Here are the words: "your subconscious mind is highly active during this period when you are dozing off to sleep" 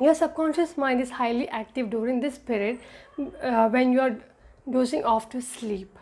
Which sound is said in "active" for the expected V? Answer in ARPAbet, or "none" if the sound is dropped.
V